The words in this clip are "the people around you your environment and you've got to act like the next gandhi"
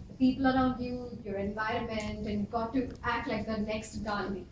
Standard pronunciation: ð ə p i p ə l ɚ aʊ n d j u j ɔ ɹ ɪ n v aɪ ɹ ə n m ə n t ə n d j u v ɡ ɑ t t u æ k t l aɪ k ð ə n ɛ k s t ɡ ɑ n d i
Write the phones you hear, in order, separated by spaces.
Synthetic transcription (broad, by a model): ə p i p ə l ɚ aʊ n d j u j ɔ ɹ ɪ n v aɪ ɹ ə n m ə n t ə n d ɡ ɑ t t u æ k t l aɪ k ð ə n ɛ k s t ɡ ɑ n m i